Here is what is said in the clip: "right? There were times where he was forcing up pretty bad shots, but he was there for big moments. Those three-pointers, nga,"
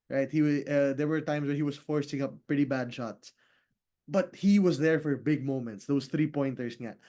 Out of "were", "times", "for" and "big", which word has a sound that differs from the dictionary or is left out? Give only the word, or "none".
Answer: times